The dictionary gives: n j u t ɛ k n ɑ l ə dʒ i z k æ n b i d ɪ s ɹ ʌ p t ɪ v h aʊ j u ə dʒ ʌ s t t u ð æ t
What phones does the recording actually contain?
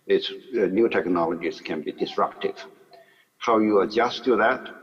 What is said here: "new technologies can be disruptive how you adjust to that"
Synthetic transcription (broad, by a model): n j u t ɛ k n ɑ l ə dʒ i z k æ n b i d ɪ s ɹ ʌ p t ɪ v h aʊ j u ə dʒ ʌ s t t u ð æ t